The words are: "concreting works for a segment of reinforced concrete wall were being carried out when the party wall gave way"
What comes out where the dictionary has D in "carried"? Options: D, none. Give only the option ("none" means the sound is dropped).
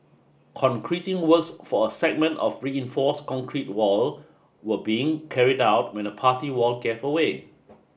D